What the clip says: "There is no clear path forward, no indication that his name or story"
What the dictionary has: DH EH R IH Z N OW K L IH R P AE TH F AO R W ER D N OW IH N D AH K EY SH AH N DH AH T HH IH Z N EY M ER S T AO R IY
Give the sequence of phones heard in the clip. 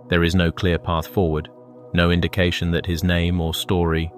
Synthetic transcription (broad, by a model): DH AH R IH Z N OW K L IH R P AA TH F AO R W ER D N OW IH N D AH K EY SH AH N DH AH T HH IH Z N EY M ER S T AO R IY